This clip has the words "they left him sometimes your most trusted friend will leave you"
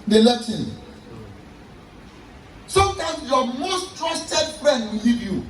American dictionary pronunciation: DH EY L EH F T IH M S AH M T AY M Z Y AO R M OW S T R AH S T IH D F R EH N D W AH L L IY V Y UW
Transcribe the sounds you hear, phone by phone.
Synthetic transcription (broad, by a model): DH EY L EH T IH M S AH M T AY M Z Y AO M OW S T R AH S T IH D F R EH N D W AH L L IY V Y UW